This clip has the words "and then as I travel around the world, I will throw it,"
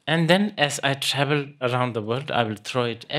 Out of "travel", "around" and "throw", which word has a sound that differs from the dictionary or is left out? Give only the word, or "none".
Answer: throw